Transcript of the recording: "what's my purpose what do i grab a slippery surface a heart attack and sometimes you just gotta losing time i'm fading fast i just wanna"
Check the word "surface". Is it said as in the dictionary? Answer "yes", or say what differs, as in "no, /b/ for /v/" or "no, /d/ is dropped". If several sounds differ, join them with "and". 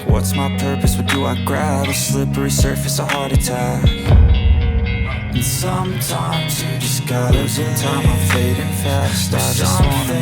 yes